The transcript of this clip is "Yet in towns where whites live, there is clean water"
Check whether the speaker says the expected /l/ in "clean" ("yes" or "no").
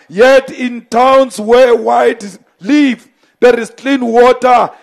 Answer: yes